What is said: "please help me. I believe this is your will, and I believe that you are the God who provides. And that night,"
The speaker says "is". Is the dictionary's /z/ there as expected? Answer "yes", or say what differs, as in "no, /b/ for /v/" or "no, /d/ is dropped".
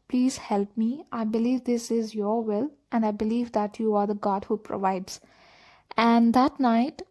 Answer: yes